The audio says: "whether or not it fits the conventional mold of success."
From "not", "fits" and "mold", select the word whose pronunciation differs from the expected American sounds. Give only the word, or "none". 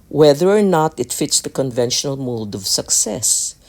mold